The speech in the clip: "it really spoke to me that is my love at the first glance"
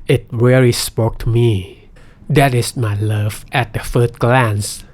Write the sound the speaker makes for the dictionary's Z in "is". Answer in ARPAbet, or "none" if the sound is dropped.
S